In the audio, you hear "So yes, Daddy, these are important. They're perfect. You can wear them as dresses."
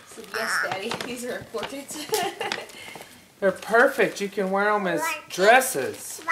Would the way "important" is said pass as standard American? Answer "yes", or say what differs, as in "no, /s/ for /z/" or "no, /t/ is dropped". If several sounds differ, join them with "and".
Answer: no, /m/ is dropped